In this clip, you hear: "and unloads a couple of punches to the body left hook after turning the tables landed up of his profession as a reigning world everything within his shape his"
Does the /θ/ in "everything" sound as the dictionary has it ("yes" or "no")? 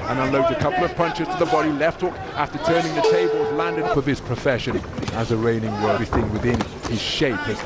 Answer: no